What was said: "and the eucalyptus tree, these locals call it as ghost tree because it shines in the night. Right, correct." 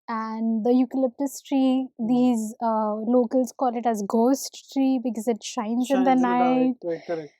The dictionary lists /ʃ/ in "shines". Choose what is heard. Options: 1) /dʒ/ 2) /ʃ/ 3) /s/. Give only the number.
2